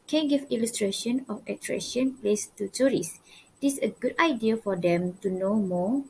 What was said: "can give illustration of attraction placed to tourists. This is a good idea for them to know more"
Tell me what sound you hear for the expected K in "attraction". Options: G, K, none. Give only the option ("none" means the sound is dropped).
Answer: none